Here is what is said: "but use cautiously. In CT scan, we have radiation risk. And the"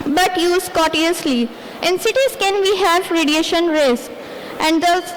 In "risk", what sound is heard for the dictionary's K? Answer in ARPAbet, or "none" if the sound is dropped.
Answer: none